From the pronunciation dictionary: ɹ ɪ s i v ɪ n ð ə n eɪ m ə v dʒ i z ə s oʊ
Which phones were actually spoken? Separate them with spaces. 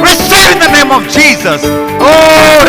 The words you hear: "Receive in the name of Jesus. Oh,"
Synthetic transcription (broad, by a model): ɹ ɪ s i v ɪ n ð ə n eɪ m ə v dʒ i z ə s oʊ